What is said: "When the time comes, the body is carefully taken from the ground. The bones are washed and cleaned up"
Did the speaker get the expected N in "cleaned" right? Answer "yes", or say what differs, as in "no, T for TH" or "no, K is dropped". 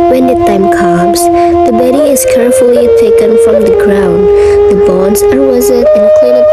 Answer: no, N is dropped